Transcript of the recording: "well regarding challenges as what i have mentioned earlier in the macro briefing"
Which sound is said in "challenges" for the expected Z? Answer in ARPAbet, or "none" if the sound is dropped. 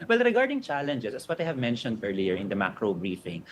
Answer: S